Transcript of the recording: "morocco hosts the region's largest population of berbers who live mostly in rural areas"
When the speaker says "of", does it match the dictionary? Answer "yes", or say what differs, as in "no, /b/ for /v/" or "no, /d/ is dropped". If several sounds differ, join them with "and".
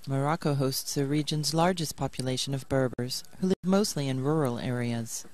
yes